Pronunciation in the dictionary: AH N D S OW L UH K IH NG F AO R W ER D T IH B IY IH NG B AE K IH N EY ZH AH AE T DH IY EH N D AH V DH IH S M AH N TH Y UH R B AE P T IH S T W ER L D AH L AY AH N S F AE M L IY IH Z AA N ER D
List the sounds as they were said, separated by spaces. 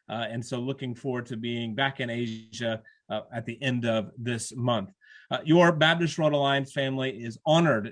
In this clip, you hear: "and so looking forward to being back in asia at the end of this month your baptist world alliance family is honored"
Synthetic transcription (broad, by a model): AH N S OW L UH K IH NG F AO R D T IH B IY IH NG B AE K IH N EY ZH AH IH T DH IY EH N D AH V DH IH S M AH N TH Y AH R B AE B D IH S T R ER D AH L AY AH N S F AE M L IY IH Z AA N ER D